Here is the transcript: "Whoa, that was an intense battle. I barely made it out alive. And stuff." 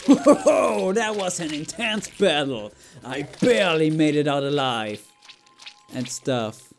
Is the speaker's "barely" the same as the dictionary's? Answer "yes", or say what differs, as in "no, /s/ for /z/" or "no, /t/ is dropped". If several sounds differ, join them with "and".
yes